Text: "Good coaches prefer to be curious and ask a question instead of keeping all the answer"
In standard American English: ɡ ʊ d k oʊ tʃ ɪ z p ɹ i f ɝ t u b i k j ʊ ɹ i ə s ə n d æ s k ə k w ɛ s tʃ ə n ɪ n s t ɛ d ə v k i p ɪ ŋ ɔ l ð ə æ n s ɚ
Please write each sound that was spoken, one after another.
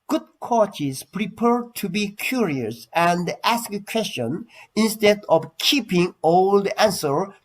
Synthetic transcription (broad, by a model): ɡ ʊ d k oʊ tʃ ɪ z p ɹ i p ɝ t u b i k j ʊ ɹ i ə s ə n d æ s k ə k w ɛ s tʃ ə n ɪ n s t ɛ d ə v k i p ɪ ŋ ɔ l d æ n s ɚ